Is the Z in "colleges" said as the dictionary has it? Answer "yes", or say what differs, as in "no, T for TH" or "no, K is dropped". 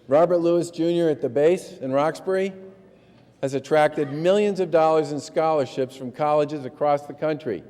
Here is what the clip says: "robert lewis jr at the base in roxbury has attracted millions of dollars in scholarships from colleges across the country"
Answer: yes